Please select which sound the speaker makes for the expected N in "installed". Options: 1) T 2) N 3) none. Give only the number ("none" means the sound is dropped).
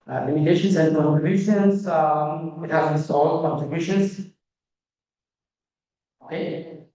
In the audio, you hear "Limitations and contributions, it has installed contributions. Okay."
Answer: 3